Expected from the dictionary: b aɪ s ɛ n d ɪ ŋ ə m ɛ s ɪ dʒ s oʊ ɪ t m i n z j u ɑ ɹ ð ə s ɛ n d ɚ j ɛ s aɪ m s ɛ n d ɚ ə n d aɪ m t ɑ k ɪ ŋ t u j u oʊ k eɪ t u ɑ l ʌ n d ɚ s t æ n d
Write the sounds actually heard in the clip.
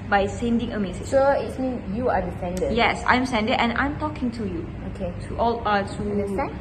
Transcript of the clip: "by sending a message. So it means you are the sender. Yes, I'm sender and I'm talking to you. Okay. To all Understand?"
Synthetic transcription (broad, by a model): b aɪ s ɛ n d ɪ ŋ ə m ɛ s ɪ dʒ s oʊ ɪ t m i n j u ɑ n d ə s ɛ n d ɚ j ɛ s aɪ m s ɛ n d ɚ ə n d aɪ m t ɑ k ɪ ŋ t u j u oʊ k eɪ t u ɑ l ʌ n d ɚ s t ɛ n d